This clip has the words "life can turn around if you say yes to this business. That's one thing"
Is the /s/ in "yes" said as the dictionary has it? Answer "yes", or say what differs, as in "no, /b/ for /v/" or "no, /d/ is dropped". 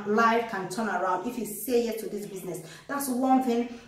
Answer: no, /s/ is dropped